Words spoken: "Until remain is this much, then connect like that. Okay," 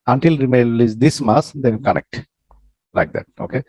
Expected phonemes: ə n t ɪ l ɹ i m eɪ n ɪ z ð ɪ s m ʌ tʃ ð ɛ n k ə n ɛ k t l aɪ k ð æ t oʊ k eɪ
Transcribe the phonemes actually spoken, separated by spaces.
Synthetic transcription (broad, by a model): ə n t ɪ l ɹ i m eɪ l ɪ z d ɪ s m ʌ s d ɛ l k ə n ɛ k t l aɪ k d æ t oʊ k eɪ